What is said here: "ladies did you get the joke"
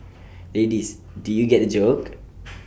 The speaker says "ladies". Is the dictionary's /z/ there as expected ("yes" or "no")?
no